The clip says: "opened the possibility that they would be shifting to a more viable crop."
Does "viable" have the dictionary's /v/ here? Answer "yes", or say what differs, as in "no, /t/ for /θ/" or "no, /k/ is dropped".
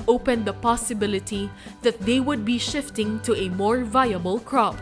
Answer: yes